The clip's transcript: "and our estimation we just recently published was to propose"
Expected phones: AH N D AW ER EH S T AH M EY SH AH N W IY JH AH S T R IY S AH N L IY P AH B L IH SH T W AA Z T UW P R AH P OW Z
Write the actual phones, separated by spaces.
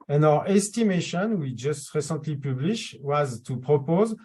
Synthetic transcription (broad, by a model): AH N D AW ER EH S T AH M EY SH AH N W IY JH AH S T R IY S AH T L IY P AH B L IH SH W AA Z T UW P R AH P OW Z